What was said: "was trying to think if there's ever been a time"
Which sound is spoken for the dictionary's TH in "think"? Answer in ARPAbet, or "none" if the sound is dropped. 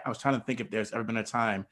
TH